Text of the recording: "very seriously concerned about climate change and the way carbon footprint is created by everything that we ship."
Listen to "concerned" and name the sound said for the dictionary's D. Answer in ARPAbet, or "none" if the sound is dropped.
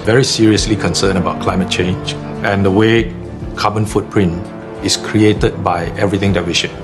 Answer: none